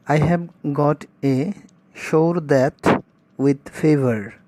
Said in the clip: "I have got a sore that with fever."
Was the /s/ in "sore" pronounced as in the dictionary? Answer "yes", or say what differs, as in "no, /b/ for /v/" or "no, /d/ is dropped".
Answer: no, /ʃ/ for /s/